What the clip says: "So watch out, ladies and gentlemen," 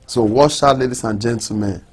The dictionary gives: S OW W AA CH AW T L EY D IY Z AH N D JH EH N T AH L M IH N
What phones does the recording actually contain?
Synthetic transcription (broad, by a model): S OW W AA SH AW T L EY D IY S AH N JH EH N T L M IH N